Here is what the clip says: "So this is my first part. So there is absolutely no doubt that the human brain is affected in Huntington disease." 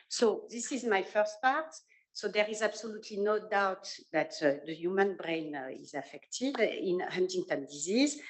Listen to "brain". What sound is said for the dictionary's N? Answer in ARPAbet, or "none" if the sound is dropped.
N